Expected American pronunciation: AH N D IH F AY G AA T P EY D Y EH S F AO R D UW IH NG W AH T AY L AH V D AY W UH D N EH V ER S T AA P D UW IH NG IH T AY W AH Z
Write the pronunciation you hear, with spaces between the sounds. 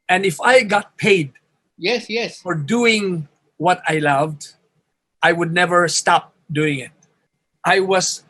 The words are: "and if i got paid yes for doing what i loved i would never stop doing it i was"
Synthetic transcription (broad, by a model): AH N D IH F AY G AA T P EY D Y EH S F AO R D UW IH NG W AH T AY L AH V D AY W UH D N EH V ER S T AA P D UW IH NG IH T AY W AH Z